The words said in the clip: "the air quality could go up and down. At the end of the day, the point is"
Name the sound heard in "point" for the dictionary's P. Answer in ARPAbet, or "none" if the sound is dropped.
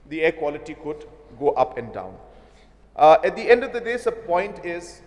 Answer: P